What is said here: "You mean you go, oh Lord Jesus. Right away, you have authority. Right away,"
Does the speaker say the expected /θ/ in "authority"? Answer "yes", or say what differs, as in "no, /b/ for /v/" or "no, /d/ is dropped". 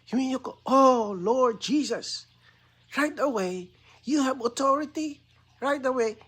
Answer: no, /t/ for /θ/